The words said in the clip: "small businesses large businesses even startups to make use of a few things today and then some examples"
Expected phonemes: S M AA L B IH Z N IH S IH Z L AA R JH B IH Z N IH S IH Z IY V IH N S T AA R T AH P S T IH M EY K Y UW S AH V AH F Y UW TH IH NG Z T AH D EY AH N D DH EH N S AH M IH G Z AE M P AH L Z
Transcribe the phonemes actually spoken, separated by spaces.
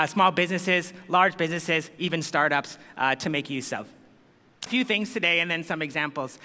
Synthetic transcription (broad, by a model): S M AA L B IH Z N IH S IH Z L AA R JH B IH Z N IH S IH Z IY V IH N S T AA R T AH P S T IH M EY K Y UW S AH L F F Y UW TH IH NG Z T AH D EY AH N DH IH N S AH M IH G Z AE M P L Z